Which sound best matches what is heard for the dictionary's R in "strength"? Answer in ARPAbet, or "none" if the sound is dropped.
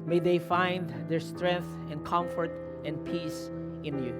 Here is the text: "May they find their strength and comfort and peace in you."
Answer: R